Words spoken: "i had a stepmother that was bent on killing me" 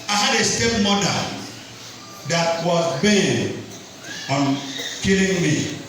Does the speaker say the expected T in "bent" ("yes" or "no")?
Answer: no